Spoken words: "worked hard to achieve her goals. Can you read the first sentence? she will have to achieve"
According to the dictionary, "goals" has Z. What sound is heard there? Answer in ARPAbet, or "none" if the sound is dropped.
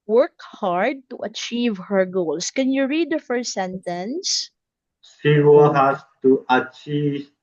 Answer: S